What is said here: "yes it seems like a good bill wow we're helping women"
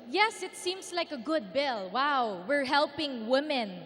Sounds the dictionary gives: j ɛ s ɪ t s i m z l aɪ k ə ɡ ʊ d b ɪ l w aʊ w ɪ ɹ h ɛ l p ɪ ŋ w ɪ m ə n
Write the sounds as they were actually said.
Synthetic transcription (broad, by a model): j ɛ s ɪ t s i m s l aɪ k ə ɡ ʊ d b ɪ l w aʊ w ɪ ɹ h ɛ l p ɪ ŋ w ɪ m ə n